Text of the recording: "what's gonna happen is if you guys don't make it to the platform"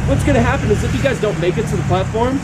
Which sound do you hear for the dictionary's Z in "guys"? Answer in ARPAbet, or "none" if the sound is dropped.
Z